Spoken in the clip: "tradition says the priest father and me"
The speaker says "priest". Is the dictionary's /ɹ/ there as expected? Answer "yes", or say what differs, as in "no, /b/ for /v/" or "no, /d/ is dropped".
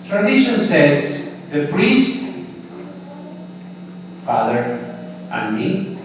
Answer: yes